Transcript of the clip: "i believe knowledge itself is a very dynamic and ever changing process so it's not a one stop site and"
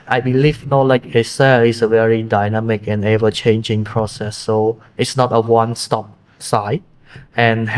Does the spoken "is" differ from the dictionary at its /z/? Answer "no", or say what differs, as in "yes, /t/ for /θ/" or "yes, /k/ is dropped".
yes, /s/ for /z/